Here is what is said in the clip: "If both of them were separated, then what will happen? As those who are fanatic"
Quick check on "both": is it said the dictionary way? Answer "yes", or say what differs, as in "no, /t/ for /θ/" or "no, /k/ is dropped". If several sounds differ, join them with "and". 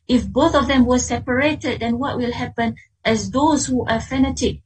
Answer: yes